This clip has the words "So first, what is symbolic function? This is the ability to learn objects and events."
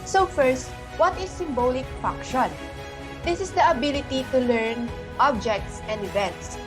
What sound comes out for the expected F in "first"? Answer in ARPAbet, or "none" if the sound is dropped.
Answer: F